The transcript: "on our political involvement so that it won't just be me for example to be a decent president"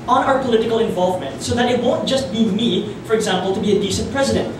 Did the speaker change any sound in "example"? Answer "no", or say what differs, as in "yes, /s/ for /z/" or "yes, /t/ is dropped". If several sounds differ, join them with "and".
no